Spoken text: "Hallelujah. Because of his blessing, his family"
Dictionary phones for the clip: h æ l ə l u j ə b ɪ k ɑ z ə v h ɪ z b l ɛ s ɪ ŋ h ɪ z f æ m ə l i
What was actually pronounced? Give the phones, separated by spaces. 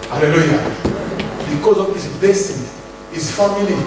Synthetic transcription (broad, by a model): h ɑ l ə l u j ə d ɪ k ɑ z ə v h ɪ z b ɛ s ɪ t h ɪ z f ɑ m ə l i